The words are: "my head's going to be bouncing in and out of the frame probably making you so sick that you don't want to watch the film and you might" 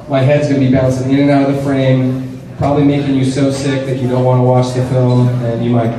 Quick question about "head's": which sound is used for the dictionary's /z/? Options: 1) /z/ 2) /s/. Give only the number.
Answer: 1